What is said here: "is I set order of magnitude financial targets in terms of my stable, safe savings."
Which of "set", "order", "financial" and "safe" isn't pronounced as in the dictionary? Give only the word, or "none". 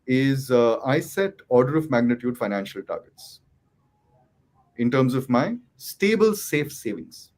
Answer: none